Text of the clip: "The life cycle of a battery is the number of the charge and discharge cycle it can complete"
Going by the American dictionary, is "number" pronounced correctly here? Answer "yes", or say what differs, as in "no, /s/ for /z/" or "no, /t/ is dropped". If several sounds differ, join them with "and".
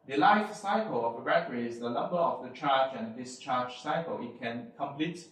no, /l/ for /n/